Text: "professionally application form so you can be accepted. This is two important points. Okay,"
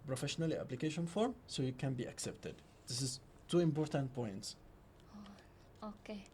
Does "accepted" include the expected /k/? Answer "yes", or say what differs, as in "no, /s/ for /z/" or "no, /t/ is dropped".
yes